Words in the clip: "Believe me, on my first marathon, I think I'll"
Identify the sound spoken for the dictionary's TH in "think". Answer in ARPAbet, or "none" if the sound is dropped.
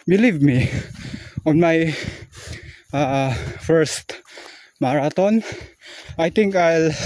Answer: T